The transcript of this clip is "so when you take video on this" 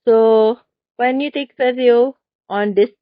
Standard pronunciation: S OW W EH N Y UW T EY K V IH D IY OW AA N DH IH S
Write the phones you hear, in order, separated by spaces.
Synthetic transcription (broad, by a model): S OW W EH N Y UW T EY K F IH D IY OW AA N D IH S